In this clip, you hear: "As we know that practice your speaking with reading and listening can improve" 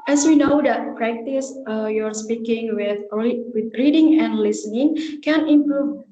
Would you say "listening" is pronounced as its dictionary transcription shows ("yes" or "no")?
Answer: yes